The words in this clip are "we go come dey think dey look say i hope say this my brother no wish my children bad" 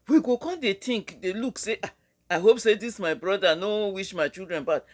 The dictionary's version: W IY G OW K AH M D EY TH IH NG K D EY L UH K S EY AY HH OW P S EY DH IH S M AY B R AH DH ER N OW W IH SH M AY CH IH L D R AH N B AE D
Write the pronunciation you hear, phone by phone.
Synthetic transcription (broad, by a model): W IY G OW K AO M D EY T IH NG K D EY L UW K S EY AY HH OW P S EY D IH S M AY B R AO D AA N OW W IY SH M AY CH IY L D R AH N B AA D